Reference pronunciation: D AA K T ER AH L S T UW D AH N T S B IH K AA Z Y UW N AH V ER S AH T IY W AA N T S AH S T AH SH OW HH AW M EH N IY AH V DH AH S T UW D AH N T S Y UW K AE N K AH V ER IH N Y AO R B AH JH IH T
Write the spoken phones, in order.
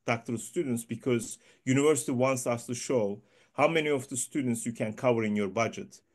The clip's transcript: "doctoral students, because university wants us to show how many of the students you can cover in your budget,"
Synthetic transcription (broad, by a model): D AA K T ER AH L S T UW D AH N T S B IH K AA Z Y UW N AH V ER S AH T IY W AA N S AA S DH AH SH OW HH AW M EH N IY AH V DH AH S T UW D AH N T S Y UW K AE N K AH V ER IH N Y AO R B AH JH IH T